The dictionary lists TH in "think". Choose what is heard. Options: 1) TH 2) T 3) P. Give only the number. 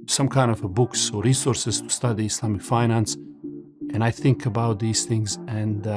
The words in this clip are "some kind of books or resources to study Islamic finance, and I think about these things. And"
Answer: 1